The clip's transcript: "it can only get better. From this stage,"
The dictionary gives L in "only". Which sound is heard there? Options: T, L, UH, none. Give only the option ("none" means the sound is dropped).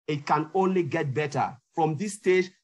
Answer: L